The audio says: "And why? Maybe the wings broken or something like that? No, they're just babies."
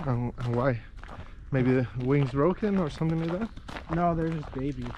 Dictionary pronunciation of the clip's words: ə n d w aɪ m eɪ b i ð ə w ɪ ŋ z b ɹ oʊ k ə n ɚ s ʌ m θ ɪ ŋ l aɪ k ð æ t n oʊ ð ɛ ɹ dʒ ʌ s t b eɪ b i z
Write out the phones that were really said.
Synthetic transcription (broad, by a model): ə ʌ w aɪ m eɪ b i ð ə w ɪ ŋ z b ɹ oʊ k ə n ɚ s ʌ m θ ɪ ŋ l aɪ k ð æ t n oʊ ð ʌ ɹ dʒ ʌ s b eɪ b i